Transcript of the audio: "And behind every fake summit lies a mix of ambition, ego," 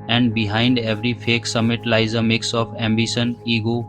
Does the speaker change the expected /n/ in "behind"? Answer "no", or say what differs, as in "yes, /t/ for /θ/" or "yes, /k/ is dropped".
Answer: no